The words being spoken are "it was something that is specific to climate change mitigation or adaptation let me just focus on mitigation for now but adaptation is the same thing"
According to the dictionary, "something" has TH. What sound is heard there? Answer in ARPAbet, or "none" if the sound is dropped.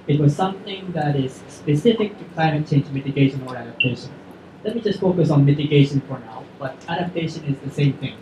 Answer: TH